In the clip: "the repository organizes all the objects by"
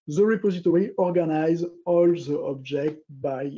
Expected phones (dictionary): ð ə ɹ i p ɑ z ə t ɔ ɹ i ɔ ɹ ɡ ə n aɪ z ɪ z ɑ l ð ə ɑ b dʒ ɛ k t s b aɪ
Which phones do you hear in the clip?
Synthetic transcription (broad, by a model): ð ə ɹ i p ɑ z ə t ɔ ɹ i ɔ ɹ ɡ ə n aɪ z z ɑ l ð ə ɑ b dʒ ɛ k t b aɪ